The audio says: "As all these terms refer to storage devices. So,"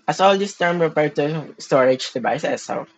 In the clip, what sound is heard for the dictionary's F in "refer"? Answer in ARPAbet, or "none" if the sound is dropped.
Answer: P